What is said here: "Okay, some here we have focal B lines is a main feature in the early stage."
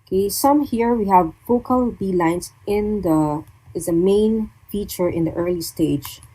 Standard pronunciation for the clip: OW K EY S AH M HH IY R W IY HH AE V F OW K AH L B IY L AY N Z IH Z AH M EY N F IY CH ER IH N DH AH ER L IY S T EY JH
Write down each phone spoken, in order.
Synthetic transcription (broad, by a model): K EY S AH M HH IY R W IY HH AE V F OW K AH L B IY L AY N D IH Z AH M EY N F IY CH ER IH N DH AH ER L IY S T EY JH